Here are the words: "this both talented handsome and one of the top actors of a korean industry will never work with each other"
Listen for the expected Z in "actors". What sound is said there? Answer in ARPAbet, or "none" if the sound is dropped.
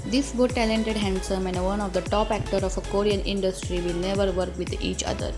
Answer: none